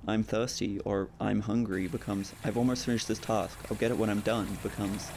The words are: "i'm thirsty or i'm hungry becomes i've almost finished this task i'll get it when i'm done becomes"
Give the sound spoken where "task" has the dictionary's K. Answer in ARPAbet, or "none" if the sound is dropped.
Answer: K